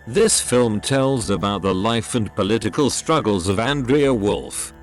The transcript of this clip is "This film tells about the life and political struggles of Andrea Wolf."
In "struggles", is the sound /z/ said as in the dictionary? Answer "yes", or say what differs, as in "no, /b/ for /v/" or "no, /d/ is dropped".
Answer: yes